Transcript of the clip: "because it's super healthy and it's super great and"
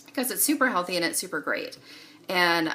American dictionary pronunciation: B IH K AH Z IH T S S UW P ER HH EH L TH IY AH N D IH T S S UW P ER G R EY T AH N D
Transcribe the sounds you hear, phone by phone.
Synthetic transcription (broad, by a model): K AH Z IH T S S UW P ER HH EH L TH IY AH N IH T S S UW P ER G R EY T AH N